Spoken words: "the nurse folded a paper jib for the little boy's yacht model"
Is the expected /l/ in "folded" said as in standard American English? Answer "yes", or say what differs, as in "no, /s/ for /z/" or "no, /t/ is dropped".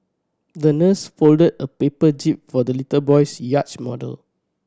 yes